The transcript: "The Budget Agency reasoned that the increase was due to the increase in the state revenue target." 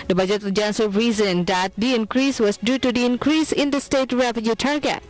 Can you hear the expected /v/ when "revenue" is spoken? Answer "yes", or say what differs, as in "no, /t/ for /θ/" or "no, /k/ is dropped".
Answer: no, /f/ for /v/